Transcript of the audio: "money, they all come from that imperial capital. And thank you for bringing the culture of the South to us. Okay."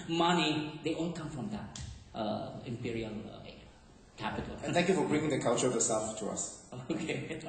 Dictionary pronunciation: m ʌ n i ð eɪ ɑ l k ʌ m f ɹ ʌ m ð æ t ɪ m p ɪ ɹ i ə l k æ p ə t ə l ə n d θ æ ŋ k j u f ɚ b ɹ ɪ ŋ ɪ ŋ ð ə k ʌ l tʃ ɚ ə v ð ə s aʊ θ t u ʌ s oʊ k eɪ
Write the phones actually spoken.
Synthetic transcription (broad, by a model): m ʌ n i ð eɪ ɑ l k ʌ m f ɹ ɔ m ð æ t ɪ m p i ɹ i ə l k æ p ə t ə l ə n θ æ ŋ k j u f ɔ b ɹ ɪ ŋ ɪ ŋ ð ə k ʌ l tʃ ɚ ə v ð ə s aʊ f t u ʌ s oʊ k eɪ